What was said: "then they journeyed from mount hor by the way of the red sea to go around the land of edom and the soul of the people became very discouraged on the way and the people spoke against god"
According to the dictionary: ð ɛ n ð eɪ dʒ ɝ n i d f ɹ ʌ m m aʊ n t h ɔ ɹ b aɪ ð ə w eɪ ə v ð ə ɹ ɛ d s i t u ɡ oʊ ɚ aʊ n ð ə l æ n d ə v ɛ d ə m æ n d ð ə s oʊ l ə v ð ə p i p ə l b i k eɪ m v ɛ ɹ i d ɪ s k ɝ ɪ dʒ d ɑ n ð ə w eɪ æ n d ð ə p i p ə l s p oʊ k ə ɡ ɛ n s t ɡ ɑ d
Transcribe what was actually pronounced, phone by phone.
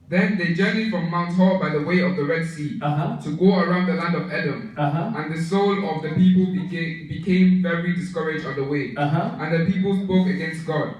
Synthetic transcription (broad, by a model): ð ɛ n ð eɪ dʒ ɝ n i f ɹ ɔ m m aʊ n t h ɔ b aɪ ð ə w eɪ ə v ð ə ɹ ɛ d s i t u ɡ oʊ ɚ aʊ n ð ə l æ n d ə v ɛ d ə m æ n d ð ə s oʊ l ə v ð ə p i p ə l b i k eɪ m v ɛ ɹ i d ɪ s k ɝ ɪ dʒ ɑ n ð ə w eɪ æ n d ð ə p i p ə l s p oʊ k ə ɡ ɛ n s t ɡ ɑ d